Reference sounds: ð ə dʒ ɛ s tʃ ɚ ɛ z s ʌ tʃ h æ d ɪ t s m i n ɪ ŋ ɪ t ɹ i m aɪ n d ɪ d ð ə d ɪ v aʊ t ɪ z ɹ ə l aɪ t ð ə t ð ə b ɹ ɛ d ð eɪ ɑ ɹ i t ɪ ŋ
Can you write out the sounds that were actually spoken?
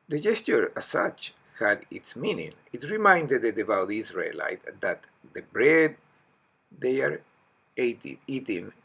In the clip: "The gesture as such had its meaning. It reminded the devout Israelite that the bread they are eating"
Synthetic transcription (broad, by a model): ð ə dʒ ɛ s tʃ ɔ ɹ s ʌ tʃ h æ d ɪ t s m i n ɪ ŋ ɪ t ɹ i m aɪ n d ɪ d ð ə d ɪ b aʊ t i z ɹ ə l aɪ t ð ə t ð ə b ɹ ɛ d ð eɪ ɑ ɹ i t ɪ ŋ